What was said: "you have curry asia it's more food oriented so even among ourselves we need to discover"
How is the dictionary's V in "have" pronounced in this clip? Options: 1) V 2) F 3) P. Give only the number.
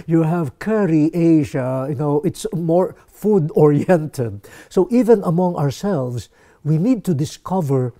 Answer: 1